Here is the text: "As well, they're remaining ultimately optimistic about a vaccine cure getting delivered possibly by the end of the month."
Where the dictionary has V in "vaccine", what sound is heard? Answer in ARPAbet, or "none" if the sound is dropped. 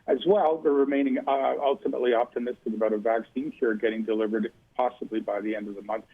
V